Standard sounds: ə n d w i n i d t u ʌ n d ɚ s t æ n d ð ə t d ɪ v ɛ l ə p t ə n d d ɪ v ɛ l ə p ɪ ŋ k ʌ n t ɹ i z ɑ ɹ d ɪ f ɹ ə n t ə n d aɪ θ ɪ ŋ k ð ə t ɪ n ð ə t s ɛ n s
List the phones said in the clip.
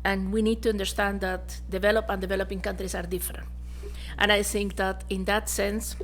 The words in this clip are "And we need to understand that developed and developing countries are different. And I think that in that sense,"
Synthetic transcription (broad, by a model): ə n w i n i d t u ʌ n d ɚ s t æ n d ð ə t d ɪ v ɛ l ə p ə n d d ɪ v ɛ l ə p ɪ ŋ k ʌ n t ɹ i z ɑ ɹ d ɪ f ɹ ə n t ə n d aɪ θ ɪ ŋ k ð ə t ɪ n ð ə t s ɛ n s